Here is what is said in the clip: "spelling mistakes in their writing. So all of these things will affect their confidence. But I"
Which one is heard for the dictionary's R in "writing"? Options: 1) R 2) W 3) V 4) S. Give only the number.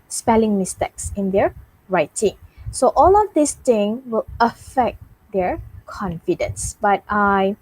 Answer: 1